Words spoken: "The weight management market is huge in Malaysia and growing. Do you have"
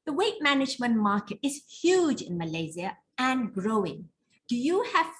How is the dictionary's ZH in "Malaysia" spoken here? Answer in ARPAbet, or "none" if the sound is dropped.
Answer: Z